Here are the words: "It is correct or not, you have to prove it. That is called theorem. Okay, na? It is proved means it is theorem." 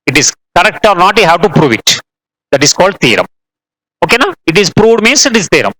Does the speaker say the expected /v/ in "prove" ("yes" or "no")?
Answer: yes